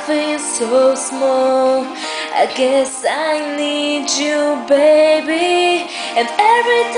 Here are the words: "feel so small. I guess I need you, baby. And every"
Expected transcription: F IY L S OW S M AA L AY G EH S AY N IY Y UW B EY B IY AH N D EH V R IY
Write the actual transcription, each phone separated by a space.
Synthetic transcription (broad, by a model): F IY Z S OW S M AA L AY G EH S AY N IY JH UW B EY B IY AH N EH V R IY